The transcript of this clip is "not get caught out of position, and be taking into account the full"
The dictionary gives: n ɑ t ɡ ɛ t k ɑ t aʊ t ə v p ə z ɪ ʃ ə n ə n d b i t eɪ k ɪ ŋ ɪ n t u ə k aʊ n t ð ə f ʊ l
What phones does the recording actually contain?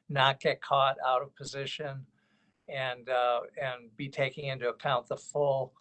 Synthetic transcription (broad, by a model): n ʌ t ɡ ɛ t k ɑ t aʊ t ə v p ə z ɪ ʃ ə n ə n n b i t eɪ k ɪ ŋ ɪ n t u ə k aʊ n ð ə f ʊ l